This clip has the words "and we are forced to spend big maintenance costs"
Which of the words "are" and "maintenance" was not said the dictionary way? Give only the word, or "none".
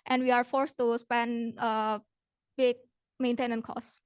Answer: maintenance